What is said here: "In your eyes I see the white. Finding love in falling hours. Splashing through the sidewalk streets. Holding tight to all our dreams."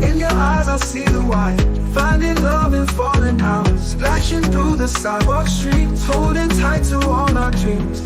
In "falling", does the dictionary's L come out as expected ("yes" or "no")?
no